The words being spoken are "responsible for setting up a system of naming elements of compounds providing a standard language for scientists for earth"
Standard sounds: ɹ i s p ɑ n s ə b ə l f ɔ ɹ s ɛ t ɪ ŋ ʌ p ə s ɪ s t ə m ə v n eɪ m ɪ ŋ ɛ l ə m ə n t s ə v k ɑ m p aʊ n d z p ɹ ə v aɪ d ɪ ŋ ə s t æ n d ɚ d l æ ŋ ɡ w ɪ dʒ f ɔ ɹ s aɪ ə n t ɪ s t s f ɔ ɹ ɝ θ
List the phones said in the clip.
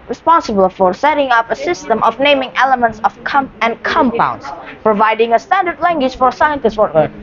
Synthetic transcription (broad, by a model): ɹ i s p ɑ n s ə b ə l f ɔ ɹ s ɛ t ɪ ŋ ʌ p ə s ɪ s t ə m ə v n eɪ m ɪ ŋ ɛ l ə m ə n t s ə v k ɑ m p aʊ n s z p ɹ ə v aɪ d ɪ ŋ ə s t æ n d ɚ d l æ ŋ ɡ w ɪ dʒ f ɔ ɹ s aɪ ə n t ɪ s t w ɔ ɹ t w